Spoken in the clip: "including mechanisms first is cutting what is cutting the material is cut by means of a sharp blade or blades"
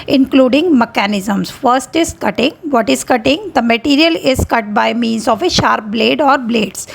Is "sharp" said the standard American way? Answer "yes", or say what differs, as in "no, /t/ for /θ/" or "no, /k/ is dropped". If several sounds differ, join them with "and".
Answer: yes